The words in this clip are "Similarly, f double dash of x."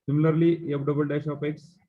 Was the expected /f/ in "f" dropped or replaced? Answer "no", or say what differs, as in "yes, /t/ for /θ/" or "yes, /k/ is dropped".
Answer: yes, /p/ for /f/